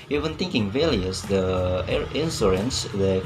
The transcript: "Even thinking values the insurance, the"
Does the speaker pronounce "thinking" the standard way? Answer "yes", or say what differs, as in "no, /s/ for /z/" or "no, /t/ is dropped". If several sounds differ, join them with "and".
no, /t/ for /θ/